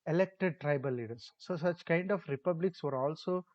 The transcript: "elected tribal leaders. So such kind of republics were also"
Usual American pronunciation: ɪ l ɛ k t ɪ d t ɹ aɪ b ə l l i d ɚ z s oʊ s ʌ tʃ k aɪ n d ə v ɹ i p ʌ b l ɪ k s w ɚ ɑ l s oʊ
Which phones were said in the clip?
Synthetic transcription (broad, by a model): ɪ l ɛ k t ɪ d t ɹ aɪ b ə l l i d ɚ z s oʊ s ʌ tʃ k aɪ n d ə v ɹ i p ʌ b l ɪ k s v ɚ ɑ l s oʊ